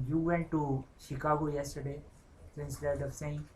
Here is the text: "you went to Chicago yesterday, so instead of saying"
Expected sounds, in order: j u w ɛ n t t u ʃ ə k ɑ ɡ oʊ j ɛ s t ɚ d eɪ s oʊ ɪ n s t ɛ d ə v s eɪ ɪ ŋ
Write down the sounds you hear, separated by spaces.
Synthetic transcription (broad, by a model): j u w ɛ n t t u ʃ ə k ɑ ɡ oʊ j ɛ s t ɚ d eɪ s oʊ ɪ s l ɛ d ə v s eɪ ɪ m